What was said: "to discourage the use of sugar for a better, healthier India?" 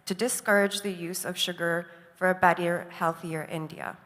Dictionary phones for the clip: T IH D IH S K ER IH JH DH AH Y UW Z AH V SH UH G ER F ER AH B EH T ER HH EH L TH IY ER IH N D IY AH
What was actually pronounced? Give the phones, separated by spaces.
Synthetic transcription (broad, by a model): T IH D IH S K ER IH JH DH AH Y UW Z AH V SH UH G ER F ER AH B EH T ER HH EH L TH IY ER IH N D IY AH